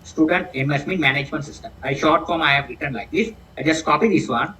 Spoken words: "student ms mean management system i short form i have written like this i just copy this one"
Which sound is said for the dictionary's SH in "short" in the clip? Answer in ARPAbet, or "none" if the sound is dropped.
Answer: SH